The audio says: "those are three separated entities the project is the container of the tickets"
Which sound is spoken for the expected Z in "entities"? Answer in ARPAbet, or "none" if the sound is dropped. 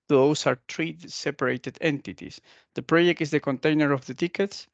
S